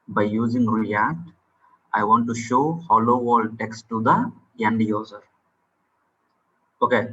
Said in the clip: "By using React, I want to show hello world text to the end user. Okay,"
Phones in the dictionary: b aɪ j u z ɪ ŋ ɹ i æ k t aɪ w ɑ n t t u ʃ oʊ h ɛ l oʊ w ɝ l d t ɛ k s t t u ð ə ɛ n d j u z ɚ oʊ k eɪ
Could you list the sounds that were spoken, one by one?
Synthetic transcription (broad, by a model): b aɪ j u z ɪ ŋ ɹ i æ k t aɪ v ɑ n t t u ʃ oʊ h ɛ l oʊ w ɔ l d t ɛ k s t t u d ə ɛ n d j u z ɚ oʊ k eɪ